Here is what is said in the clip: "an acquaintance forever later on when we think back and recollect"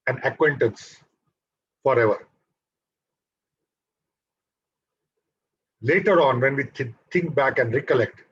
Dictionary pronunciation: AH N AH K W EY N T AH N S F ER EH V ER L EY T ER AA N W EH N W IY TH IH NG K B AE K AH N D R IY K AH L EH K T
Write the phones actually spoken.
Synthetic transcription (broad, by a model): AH N AH K W EY N T AH N S F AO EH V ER L EY T ER AA N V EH N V IY T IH NG K B AE K AH N D R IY K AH L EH K T